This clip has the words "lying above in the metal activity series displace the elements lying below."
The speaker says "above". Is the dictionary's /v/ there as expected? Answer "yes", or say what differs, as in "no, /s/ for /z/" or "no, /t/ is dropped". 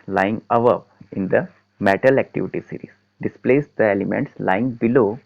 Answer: no, /p/ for /v/